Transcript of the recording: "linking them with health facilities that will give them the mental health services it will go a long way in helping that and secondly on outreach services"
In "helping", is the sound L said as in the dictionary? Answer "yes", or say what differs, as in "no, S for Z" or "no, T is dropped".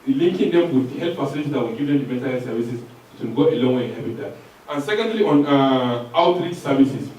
no, L is dropped